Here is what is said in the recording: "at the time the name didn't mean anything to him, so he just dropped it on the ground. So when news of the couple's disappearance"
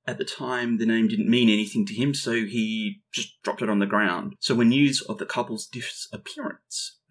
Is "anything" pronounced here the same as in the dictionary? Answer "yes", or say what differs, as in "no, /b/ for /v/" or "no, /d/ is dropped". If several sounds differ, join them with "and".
yes